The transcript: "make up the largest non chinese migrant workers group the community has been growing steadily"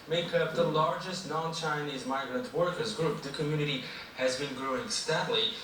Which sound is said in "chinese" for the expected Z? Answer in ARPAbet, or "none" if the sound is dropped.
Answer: Z